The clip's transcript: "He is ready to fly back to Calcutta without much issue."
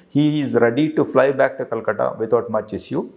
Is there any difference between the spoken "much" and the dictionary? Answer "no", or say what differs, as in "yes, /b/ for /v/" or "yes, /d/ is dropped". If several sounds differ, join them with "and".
no